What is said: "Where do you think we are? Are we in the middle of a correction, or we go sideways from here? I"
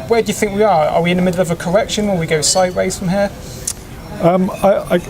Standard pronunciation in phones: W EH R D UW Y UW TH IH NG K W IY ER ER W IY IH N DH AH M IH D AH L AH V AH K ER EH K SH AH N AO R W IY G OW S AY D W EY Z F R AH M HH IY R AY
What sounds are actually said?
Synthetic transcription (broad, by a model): W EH D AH Y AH TH IH NG K W IY ER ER W IY IH N DH AH M IH D L AH V AH K ER EH K SH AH N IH L W IY G OW S AY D W EY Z F R AH M HH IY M AY